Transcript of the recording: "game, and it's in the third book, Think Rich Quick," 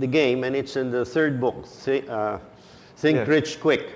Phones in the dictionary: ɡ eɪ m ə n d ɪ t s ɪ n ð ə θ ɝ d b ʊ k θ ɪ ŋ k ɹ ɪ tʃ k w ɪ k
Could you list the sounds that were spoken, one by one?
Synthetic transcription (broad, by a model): ɡ eɪ m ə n ɪ t s ɪ n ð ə θ ɝ d b ʊ k s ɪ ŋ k ɹ ɪ tʃ k w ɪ k